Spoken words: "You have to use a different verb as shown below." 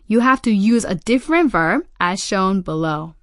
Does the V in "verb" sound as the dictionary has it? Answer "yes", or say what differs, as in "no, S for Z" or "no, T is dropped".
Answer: yes